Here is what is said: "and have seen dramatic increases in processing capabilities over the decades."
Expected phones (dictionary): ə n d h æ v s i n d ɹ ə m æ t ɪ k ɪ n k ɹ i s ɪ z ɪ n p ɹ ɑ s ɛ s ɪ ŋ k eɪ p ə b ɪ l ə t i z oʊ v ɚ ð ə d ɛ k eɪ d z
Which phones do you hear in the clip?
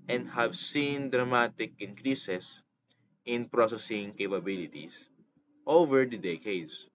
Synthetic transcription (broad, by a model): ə n d h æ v s i n d ɹ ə m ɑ t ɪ k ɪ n k ɹ i s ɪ s ɪ n p ɹ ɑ s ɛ s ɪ ŋ k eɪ p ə b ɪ l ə t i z oʊ v ɚ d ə d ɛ k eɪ d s